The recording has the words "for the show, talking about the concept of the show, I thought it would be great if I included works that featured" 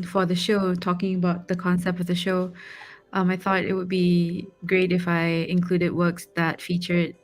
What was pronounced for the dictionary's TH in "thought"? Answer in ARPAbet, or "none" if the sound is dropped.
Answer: TH